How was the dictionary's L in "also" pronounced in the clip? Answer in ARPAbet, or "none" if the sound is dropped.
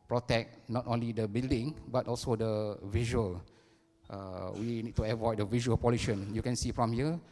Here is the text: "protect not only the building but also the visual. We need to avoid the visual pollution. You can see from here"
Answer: L